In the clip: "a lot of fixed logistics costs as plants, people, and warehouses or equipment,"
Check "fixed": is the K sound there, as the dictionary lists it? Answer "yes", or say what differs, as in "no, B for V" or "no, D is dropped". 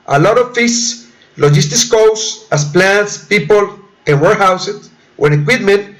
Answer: no, K is dropped